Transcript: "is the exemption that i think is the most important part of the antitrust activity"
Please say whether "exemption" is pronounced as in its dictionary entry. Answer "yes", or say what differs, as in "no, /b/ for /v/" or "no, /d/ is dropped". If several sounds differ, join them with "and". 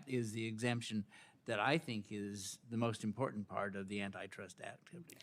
yes